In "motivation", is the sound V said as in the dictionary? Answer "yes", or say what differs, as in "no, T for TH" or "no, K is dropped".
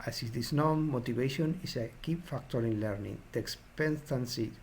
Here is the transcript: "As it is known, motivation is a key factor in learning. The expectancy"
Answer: no, B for V